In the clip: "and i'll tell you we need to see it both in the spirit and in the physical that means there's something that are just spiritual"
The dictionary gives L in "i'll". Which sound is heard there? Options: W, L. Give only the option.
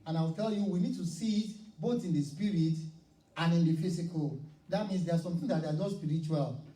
W